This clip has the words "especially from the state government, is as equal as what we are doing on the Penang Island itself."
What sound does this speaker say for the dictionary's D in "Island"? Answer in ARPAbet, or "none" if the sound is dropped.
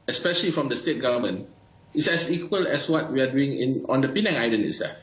none